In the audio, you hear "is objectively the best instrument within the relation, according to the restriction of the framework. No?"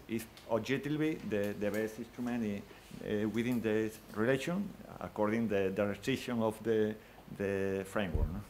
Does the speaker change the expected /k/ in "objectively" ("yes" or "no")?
yes